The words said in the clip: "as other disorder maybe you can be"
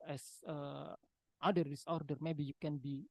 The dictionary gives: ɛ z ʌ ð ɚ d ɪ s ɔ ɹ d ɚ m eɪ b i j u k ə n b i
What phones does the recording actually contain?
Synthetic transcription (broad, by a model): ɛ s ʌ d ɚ d ɪ s ɔ ɹ d ɚ m eɪ b i j u k ə n b i